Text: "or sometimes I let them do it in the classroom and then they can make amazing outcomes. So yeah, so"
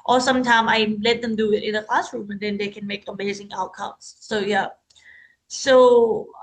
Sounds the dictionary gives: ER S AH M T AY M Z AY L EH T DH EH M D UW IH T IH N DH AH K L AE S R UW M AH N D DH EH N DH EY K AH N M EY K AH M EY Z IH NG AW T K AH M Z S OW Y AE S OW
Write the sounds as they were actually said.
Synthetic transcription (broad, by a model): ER S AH M T AY M AY L EH T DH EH M D UW IH T IH N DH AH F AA S R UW M AH N D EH N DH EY K AH N M EY K AH M EY Z IH NG AW T K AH M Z S OW Y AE S OW